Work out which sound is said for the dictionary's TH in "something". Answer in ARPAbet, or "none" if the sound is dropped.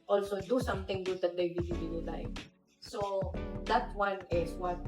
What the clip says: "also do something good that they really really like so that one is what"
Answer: T